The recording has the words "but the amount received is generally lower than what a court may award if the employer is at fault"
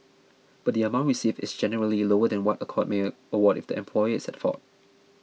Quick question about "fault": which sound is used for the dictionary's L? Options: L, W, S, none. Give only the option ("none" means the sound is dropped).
none